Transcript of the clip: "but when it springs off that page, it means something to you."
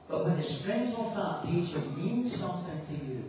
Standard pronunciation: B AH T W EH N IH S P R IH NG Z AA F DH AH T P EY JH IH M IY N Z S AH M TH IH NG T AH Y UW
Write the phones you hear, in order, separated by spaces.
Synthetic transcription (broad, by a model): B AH T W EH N IH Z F R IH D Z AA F DH AH T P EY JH IH M IY N Z S AH M TH IH NG T AH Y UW